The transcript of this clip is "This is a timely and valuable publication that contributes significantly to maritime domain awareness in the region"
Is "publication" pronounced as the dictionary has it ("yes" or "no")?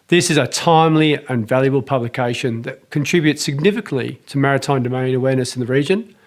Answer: yes